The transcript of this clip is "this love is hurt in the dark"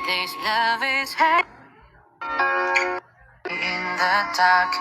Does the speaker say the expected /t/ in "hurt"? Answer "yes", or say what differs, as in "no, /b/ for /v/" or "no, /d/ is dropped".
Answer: no, /t/ is dropped